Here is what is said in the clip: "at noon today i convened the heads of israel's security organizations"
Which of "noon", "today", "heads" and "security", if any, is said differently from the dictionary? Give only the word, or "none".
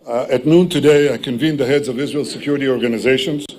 none